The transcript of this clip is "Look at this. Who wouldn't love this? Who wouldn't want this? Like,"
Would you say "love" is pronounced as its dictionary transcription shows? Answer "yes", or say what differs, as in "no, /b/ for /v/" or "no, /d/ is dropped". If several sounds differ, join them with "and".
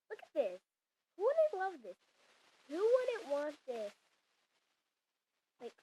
yes